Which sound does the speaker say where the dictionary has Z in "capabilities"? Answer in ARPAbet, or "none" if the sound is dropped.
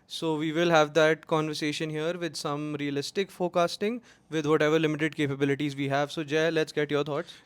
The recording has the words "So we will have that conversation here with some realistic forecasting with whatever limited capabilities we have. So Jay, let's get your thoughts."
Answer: Z